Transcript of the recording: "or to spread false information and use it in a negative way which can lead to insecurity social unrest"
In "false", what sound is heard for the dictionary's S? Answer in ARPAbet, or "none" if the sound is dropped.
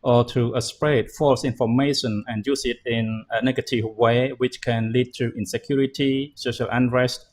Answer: S